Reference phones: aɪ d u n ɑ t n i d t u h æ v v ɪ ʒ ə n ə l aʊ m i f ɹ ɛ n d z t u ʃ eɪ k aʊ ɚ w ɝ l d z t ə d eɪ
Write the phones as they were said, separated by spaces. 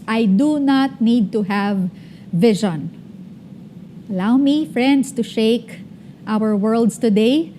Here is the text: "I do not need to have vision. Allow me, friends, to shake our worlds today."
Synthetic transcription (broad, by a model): aɪ d u n ɑ t n i d t u h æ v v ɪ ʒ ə n ə l aʊ m i f ɹ ɛ n d s t u ʃ eɪ k aʊ ɚ w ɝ l d s t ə d eɪ